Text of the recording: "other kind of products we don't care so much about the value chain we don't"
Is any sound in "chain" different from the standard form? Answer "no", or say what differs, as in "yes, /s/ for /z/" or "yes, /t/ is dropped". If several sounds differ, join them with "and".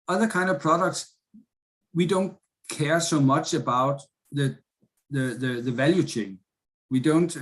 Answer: no